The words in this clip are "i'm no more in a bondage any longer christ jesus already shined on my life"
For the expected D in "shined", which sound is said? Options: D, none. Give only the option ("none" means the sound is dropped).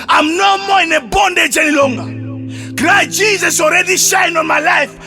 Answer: none